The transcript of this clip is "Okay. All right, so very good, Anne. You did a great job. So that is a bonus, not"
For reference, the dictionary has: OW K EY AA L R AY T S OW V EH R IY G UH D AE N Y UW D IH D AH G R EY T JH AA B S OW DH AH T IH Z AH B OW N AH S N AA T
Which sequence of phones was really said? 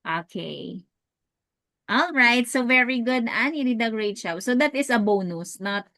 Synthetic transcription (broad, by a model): OW K EY AA L R AY T S OW V EH R IY G UH D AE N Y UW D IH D AH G R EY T SH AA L S OW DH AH T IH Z AH B OW N AH S N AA T